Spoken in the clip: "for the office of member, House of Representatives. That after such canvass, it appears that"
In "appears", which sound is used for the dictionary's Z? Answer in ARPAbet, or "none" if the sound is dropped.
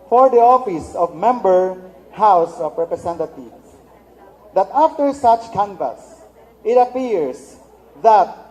S